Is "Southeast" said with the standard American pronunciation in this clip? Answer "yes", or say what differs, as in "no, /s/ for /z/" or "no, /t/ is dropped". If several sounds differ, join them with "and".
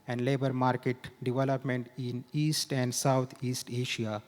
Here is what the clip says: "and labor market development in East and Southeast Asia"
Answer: no, /t/ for /θ/